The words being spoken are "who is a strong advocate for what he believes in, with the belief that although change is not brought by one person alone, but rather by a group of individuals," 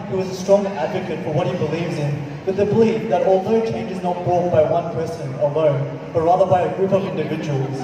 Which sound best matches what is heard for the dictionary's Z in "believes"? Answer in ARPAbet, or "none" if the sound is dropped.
Z